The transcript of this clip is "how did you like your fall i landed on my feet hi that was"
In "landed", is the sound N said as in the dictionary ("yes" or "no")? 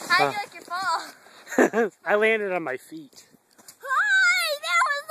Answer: yes